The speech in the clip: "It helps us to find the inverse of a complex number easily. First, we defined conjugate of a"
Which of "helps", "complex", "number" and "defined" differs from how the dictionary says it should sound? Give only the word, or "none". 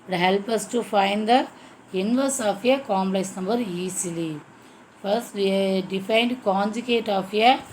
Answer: helps